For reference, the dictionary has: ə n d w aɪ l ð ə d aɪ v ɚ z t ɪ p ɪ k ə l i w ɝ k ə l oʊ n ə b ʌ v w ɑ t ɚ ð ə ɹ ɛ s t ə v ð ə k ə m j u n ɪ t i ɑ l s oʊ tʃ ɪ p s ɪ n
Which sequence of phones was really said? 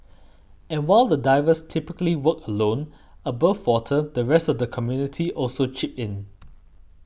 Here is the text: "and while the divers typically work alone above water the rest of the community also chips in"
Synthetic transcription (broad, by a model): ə n w aɪ l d ə d aɪ v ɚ s t ɪ p ɪ k ə l i w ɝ k ə l oʊ n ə b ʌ f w ɑ t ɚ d ə ɹ ɛ s t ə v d ə k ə m j u n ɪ t i ɑ l s oʊ tʃ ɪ p ɪ n